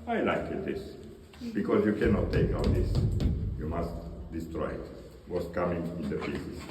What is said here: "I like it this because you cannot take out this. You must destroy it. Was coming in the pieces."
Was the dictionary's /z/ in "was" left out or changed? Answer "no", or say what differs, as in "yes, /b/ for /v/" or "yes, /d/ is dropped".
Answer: yes, /s/ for /z/